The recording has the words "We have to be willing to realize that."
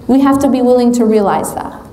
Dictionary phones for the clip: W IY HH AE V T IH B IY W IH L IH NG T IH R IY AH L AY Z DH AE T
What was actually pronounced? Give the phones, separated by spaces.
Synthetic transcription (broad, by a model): W IY HH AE F T IH B IY W IH L IH NG T IH R IY AH L AY Z DH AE T